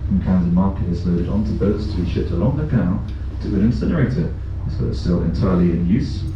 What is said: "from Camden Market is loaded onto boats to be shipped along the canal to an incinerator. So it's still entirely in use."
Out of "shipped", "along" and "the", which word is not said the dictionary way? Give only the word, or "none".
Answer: none